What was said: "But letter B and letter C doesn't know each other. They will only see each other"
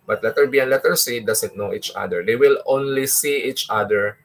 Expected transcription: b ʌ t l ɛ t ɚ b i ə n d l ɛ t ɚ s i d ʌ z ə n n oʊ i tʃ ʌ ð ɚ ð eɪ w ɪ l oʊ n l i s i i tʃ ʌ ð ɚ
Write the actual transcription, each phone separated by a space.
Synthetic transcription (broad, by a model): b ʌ t l ɛ t ɚ b i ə n l ɛ t ɚ s i d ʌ s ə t n oʊ i tʃ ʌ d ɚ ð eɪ w ɪ l oʊ n l i s i i tʃ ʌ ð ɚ